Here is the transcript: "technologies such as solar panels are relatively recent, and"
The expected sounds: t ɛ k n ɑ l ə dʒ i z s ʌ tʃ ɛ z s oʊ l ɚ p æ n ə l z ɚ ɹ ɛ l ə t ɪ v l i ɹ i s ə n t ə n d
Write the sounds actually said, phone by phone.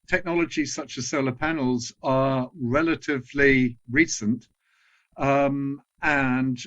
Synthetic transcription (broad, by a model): t ɛ k n ɑ l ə dʒ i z s ʌ tʃ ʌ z s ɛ l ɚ p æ n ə l z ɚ ɹ ɛ l ə t ɪ v l i ɹ i s ə n t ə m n